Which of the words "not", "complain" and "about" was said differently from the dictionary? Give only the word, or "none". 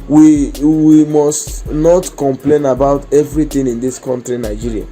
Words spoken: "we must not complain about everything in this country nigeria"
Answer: none